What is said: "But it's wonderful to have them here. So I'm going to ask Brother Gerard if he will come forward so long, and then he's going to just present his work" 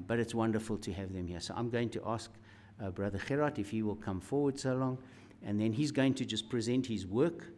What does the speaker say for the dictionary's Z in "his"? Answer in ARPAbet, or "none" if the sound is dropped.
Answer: Z